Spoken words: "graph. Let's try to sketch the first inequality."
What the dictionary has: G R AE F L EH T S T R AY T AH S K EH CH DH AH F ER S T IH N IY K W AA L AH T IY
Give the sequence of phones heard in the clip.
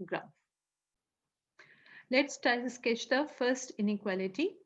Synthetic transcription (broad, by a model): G R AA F L EH T S T AY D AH S K EH CH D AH F ER S T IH N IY K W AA L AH T IY